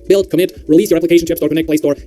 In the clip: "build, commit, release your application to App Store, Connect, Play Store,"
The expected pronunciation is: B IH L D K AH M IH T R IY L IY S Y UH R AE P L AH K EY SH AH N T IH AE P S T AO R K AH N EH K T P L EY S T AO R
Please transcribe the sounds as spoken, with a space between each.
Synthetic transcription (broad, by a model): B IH L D K AH M IH T R IY L IY S Y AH R AE P L AH K EY SH AH N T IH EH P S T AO R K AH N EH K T P L EY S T AO R